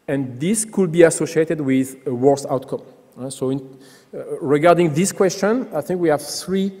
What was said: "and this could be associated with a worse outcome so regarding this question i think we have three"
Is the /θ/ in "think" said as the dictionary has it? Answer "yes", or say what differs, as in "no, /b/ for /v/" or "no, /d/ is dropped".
yes